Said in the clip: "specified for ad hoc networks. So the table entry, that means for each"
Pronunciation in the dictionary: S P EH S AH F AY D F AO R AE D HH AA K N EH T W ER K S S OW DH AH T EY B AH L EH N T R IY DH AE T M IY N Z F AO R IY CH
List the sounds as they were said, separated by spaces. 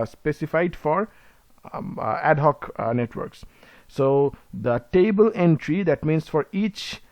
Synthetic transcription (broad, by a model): S P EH S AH F AY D F AO R AE D HH AA K N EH T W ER K S S OW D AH T EY B AH L EH N T R IY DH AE T M IY N S F AO R IY CH